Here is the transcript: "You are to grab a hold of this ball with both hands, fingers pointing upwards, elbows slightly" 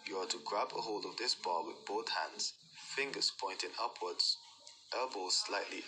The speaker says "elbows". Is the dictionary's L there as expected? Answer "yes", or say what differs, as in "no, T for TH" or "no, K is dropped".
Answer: no, L is dropped